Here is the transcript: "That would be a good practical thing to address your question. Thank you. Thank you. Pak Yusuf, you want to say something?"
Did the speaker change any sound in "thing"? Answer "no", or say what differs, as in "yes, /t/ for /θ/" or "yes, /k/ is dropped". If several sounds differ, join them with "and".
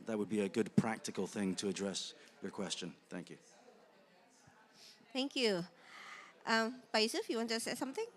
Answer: no